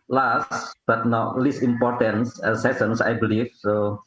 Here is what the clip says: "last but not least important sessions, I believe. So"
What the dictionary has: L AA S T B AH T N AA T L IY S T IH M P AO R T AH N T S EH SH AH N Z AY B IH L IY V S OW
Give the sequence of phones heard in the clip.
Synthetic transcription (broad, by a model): L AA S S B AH T N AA L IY S IH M P AO R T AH N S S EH S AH N S AY B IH L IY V S OW